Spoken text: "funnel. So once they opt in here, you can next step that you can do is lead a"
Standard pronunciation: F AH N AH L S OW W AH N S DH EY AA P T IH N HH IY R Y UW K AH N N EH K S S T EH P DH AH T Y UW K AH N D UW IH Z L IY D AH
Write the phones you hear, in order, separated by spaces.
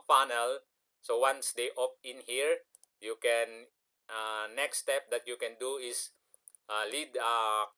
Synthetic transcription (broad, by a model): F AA N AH L S OW W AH N S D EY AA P IH N HH IY R Y UW K AH N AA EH K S S T EH P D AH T Y UW K AH N D UW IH S L IY D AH